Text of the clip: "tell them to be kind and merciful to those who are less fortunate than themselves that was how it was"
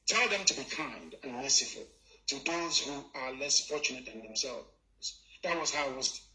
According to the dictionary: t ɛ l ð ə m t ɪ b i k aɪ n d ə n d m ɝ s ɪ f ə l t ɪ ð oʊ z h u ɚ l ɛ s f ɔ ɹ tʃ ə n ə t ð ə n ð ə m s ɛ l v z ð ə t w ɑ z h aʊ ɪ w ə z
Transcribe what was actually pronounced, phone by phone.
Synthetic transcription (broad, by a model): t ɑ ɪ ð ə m t ɪ b i k aɪ n d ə n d m ɝ s ɪ f ə l t ɪ ð oʊ z h u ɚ l ɛ s f ɔ ɹ tʃ ə n ə t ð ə n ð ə m s ɛ l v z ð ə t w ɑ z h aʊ ɪ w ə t